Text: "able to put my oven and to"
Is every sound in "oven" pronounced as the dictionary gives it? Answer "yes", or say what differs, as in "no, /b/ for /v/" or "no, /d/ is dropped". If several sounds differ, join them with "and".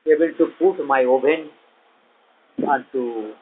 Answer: no, /b/ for /v/